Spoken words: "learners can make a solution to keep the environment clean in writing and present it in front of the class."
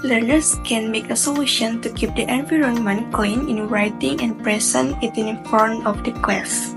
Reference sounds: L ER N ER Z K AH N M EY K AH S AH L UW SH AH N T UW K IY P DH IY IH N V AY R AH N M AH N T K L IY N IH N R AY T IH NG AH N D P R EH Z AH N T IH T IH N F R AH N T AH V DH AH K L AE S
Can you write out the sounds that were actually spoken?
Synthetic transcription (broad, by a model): L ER N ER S K AH N M EY K AH S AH L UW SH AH N T UW K IY P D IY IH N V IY R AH N M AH N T K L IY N IH N R AY T IH NG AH N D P R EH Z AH N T IH T IH N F AO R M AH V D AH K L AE S